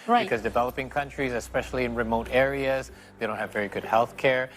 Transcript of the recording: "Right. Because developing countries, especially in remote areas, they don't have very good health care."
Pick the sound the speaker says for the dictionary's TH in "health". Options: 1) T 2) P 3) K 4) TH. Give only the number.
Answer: 4